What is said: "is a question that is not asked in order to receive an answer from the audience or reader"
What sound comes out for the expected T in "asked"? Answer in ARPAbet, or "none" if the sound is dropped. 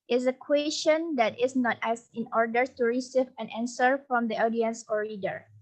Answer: none